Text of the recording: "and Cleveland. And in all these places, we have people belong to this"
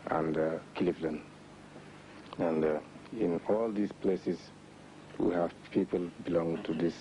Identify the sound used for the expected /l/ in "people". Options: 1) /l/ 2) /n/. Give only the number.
1